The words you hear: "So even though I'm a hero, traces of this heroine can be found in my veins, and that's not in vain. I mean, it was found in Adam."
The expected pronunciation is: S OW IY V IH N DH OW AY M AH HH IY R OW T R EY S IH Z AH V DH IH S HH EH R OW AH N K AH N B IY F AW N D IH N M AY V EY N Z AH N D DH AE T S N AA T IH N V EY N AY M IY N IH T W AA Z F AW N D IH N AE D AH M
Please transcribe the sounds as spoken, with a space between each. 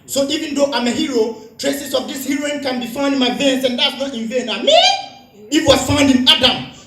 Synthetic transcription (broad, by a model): S OW IY V IH N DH OW AY M AH HH IY R OW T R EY S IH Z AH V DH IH S HH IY R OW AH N K AH N B IY F AW N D IH N M AY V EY N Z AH N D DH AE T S N AA T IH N V EY N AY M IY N IH T W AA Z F AW N D IH N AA D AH M